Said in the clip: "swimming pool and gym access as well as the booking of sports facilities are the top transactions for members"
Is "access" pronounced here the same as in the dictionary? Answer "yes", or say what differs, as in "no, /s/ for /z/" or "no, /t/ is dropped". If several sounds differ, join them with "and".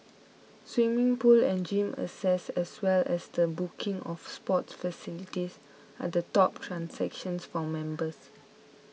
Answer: no, /k/ is dropped